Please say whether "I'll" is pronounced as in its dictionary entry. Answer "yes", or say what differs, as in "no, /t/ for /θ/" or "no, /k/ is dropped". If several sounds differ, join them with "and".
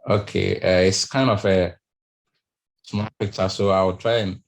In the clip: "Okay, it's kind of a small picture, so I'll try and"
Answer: no, /w/ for /l/